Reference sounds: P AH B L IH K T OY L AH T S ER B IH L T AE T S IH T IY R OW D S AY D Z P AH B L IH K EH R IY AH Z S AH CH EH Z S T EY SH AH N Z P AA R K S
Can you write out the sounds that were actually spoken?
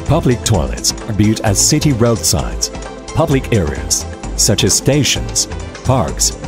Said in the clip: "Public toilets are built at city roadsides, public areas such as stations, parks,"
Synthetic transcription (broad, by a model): P AH B L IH K T OY L AH T S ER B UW T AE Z S IH T IY R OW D S AY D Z P AH B L IH K EH R IY AH Z S AH CH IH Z S T EY SH AH N Z P AA R K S